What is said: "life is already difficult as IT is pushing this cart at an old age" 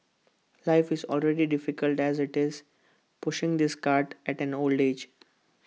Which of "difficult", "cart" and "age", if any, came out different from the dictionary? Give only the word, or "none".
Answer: none